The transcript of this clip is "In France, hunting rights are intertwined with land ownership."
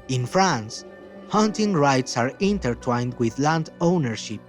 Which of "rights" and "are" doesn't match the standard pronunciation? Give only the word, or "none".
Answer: none